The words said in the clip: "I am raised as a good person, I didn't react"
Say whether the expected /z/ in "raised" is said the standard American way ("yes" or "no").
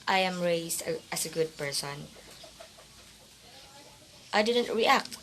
no